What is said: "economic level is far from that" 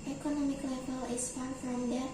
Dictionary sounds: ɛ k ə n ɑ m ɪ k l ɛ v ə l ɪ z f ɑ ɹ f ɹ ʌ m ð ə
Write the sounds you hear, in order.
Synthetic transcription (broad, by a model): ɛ k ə n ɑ m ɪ k l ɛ b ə l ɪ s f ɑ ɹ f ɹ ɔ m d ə